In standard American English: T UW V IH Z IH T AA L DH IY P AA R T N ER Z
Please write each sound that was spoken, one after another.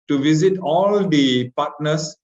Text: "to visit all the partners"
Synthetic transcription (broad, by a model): T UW V IH Z IH T AA L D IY P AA R T N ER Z